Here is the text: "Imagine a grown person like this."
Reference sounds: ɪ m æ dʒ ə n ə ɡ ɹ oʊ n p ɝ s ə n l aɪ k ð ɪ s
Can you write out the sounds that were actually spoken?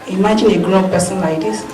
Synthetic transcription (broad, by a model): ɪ m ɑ dʒ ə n ə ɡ oʊ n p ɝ s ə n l aɪ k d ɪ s